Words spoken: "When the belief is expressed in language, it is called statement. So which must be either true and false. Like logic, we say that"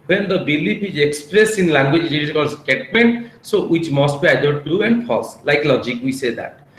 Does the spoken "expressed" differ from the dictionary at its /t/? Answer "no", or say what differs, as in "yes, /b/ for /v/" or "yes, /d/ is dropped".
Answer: yes, /t/ is dropped